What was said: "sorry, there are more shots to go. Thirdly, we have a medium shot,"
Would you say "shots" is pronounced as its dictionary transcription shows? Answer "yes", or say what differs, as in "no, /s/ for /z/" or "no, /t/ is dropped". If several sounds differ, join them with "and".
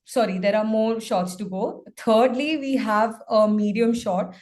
yes